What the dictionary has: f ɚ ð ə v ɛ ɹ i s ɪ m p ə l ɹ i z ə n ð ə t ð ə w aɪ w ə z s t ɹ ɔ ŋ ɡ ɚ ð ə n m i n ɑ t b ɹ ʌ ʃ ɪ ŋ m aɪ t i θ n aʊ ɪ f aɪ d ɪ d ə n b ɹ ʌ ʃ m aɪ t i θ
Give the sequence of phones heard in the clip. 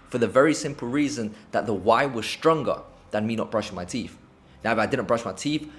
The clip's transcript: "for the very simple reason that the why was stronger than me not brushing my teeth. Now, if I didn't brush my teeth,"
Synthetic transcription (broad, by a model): f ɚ ð ə v ɛ ɹ i s ɪ m p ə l ɹ i z ə n ð ə t ð ə w aɪ w ə z s t ɹ ɔ ŋ ɡ ɚ ð ə n m i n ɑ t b ɹ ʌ ʃ m aɪ t i θ n aʊ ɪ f aɪ d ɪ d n b ɹ ʌ ʃ m aɪ t i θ